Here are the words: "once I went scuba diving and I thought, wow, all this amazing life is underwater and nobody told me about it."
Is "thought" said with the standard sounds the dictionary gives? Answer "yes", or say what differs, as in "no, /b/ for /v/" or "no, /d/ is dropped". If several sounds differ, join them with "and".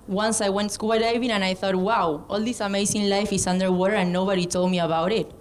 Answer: yes